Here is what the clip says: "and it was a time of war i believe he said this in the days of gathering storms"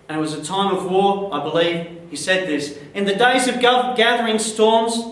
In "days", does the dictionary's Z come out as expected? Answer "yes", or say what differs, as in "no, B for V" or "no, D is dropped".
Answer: yes